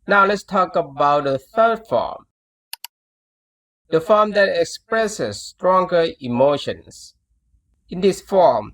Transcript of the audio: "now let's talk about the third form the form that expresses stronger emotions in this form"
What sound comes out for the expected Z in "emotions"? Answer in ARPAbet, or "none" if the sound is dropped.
S